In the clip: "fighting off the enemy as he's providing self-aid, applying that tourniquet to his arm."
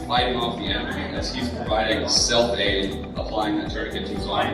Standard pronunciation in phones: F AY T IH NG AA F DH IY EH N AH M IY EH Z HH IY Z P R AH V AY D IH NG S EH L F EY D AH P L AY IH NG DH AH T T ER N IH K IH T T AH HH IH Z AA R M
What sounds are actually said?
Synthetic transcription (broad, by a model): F AY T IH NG AA F DH IY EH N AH IY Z HH IY Z P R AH V AY D IH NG S EH L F EY D AH P L AY IH NG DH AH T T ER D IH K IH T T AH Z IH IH